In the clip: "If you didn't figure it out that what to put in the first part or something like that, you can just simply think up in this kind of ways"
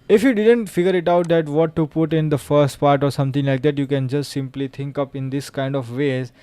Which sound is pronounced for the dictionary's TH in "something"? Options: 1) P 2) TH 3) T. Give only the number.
3